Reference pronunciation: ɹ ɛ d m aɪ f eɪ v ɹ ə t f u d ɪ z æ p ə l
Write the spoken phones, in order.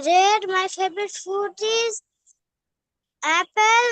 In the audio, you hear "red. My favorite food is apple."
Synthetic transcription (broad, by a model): ɹ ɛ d m aɪ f eɪ b ɹ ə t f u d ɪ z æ p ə l